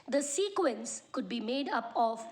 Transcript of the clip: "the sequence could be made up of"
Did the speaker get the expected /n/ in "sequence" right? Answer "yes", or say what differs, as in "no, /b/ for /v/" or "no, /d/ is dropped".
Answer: yes